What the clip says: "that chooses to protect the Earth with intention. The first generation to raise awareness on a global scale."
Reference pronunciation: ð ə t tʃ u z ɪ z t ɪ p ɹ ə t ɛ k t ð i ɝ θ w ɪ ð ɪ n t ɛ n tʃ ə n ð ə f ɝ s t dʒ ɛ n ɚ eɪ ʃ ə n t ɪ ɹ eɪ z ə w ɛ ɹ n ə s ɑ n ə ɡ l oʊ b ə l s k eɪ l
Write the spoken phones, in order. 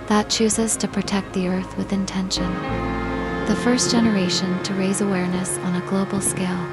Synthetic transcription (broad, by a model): ð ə t tʃ u z ɪ z t ɪ p ɹ ə t ɛ k t ð i ɝ θ w ɪ ð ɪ n t ɛ n ʃ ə n ð ə f ɝ s dʒ ɛ n ɚ eɪ ʃ ə n t ɪ ɹ eɪ z ə w ɛ ɹ n ə s n ə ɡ l oʊ b l s k eɪ l